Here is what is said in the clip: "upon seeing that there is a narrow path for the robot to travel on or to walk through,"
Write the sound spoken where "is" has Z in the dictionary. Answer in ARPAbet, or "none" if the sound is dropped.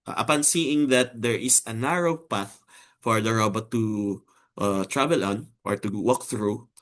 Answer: S